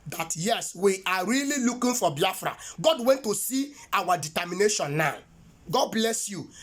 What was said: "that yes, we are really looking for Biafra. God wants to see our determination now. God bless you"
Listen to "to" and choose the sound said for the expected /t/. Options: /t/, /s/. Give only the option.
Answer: /t/